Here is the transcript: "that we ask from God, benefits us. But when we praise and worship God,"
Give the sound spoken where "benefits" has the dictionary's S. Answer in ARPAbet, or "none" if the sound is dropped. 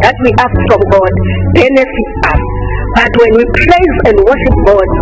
none